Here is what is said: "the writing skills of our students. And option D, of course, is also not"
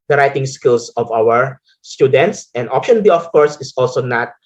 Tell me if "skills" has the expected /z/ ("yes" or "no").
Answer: no